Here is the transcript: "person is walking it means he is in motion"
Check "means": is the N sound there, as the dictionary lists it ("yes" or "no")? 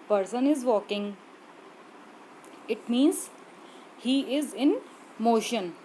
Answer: yes